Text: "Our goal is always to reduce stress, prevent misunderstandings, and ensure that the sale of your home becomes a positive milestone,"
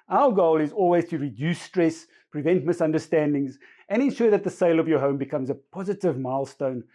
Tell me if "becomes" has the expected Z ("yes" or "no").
yes